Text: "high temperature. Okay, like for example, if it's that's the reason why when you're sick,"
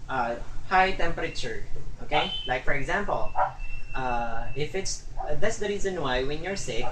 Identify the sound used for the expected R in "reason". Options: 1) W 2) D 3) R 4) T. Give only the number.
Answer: 3